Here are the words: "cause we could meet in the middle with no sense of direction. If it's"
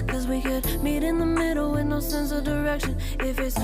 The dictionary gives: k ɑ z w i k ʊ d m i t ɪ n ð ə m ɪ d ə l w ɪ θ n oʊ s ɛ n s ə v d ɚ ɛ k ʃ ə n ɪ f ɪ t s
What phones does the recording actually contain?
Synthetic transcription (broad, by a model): k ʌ z w i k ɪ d m i t ɪ n ð ə m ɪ d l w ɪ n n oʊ s ɛ n s ə v d ɚ ɛ k ʃ ə n ɪ f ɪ t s